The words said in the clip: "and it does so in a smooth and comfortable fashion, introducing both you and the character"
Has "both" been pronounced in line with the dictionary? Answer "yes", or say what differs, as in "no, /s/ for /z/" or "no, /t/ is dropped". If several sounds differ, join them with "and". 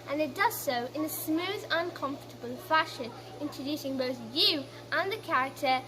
yes